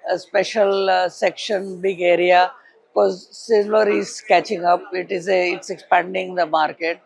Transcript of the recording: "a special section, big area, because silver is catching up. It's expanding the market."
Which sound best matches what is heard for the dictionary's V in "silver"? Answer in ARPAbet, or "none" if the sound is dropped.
none